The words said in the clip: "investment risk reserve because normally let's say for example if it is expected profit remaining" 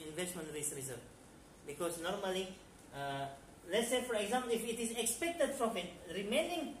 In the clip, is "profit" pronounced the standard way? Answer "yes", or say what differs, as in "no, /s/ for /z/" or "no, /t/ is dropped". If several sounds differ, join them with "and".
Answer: no, /f/ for /p/